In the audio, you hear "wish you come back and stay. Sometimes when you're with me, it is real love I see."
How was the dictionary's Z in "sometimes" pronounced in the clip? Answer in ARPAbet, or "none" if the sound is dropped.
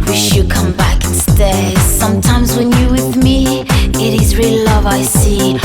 Z